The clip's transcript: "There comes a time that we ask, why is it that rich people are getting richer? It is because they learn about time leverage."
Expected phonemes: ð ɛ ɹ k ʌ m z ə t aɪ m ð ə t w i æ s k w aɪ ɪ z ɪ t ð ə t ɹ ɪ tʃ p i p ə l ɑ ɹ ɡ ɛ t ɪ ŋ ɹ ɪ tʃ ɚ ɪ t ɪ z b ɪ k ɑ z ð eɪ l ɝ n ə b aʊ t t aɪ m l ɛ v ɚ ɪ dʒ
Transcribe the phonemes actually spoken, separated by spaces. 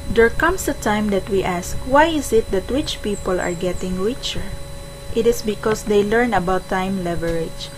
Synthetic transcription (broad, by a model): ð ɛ ɹ k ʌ m s ə t aɪ m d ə t w i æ s k w aɪ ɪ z ɪ t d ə t w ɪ tʃ p i p ə l ɑ ɹ ɡ ɛ t ɪ ŋ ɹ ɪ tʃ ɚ ɪ t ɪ s b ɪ k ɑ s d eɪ l ɝ n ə b aʊ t t aɪ m l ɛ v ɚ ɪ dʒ